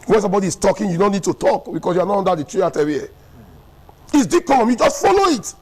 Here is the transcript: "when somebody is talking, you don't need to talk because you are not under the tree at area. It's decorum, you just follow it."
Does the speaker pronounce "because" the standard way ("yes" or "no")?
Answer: no